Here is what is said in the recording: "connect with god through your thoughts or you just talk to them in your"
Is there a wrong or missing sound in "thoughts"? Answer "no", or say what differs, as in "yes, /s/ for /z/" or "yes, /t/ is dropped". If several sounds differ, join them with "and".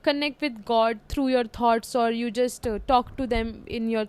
yes, /t/ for /θ/